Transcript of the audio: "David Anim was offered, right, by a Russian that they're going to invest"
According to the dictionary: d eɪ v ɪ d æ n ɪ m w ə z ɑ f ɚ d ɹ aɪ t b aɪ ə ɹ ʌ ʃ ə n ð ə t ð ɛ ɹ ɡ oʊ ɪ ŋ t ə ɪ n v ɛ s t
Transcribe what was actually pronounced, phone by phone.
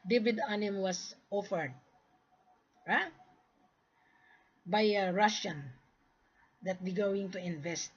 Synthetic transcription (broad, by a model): d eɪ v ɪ d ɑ n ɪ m w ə s ɑ f ɚ d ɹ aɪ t b aɪ ə ɹ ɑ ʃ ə n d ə t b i ɡ oʊ ɪ ŋ t ə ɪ n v ɛ s t